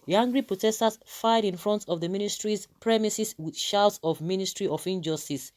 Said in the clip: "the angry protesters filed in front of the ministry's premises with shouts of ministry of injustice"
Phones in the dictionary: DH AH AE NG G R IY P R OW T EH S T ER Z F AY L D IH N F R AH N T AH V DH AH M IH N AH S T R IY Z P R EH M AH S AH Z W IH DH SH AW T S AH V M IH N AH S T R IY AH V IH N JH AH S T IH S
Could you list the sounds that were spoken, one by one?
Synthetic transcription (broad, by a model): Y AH NG G R IY P R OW T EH S T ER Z F AY D IH N F R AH N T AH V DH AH M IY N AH S T R IY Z P R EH M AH S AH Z W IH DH SH AW T S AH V M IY N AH S T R IY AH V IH N JH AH S T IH S